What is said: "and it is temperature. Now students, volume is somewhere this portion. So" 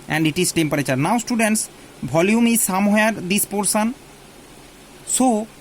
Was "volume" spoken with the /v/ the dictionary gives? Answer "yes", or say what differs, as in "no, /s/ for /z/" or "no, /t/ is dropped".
no, /b/ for /v/